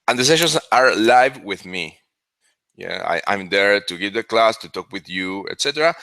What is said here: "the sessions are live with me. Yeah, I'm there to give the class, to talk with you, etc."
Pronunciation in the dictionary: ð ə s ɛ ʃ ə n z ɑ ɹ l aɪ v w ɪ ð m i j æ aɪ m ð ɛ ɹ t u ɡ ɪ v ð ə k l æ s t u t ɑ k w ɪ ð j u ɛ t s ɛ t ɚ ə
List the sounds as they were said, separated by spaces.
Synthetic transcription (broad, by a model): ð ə s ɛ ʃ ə n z ɑ ɹ l aɪ v w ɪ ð m i j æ aɪ m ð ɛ ɹ t u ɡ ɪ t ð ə k l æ s t u t ɑ k w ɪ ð j u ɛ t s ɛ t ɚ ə